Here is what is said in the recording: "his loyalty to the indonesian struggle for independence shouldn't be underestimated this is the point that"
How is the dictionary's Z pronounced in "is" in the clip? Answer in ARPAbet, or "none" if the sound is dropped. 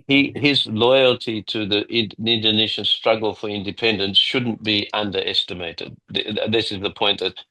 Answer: Z